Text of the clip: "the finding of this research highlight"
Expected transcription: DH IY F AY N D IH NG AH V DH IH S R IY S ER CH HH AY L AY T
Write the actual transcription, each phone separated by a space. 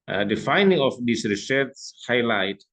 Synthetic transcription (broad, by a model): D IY F AY N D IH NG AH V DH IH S R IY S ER S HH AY L AY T